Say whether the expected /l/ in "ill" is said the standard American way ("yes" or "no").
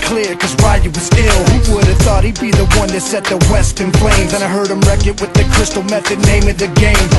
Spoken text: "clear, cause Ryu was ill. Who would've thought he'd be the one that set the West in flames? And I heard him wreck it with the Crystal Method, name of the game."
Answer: yes